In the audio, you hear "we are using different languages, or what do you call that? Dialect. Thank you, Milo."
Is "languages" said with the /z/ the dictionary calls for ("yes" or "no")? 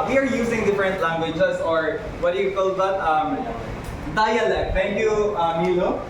no